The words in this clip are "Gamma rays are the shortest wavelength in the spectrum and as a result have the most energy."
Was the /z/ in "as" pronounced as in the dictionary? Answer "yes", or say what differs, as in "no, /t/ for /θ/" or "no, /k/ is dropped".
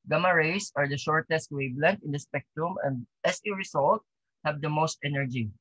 no, /s/ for /z/